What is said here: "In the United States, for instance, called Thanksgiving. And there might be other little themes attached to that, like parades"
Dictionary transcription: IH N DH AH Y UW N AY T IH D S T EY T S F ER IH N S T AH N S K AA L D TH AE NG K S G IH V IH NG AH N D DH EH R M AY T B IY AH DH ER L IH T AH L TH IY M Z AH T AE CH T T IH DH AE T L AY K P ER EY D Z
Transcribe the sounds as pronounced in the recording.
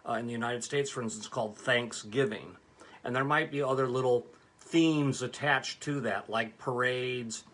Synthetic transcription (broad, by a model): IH N DH AH Y UW N AY T IH D S T EY T S F ER IH N S T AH N S K AA L D TH AE NG K S G IH V IH NG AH N DH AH R M AY T B IY AH DH ER L IH T L TH IY M Z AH T AE CH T T IH DH AE T L AY K P ER EY D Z